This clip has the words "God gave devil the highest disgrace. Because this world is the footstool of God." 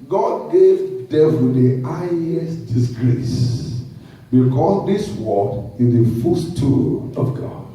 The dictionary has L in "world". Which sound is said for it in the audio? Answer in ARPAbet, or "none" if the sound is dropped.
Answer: none